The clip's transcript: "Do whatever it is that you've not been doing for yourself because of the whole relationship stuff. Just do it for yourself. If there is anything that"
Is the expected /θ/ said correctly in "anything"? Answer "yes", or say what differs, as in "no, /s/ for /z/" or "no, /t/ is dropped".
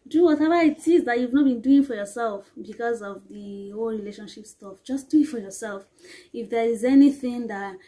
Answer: yes